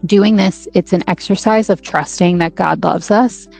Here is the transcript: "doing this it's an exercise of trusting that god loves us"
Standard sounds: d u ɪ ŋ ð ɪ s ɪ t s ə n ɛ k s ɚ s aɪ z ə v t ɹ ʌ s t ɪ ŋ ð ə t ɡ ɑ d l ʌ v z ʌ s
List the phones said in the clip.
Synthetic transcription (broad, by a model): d u ɪ ŋ ð ɪ s ɪ t s ə n ɛ k s ɚ s aɪ z ə v t ɹ ʌ s t ɪ ŋ ð ə t ɡ ɑ d l ʌ v z ʌ s